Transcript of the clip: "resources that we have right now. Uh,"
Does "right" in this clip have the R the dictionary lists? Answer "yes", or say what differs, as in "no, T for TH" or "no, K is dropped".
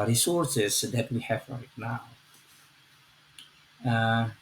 no, L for R